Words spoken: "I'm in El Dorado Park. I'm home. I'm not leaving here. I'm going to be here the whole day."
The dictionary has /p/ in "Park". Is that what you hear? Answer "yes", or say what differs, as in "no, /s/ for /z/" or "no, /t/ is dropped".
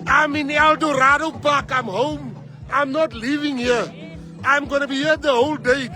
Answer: no, /b/ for /p/